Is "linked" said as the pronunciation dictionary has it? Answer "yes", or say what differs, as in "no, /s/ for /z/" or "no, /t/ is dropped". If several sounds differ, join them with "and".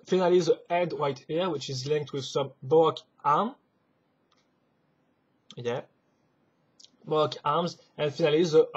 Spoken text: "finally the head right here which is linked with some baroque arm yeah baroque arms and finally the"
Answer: yes